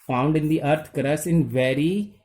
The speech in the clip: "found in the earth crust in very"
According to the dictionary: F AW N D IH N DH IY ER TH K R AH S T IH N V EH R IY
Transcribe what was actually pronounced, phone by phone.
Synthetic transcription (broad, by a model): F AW N D IH N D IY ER T K R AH S IH N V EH R IY